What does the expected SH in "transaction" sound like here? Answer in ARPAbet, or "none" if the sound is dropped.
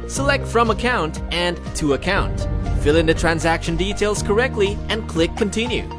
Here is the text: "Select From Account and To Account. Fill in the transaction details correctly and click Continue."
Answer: SH